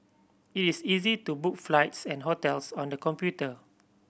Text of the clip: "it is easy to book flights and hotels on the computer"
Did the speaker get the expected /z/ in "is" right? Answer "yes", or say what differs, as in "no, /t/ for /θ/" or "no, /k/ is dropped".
no, /s/ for /z/